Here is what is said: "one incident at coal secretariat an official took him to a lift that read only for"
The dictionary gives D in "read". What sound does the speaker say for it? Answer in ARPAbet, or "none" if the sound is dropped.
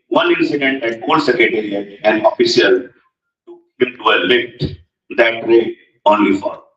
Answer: none